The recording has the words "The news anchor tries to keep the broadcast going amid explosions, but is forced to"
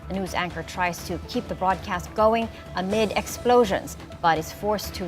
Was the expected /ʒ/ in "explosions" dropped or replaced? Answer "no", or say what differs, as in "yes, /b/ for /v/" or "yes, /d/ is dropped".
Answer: no